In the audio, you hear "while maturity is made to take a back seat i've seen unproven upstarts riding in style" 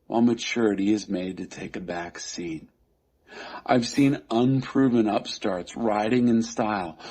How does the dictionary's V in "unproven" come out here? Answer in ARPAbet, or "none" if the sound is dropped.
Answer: V